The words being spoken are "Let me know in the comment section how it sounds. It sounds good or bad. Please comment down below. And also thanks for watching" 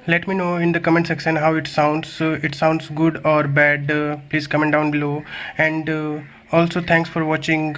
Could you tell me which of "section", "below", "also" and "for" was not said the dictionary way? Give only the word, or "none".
section